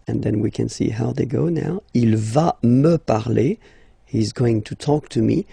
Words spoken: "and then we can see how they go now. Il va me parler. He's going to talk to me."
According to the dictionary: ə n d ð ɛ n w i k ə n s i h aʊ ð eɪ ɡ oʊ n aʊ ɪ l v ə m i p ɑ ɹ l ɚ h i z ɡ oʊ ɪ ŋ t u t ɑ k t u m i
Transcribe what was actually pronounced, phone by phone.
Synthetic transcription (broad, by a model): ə n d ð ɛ n w i k ə n s i h aʊ ð eɪ ɡ oʊ n aʊ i l v ə m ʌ p ɑ ɹ l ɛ h i z ɡ oʊ ɪ ŋ t u t ɑ k t u m i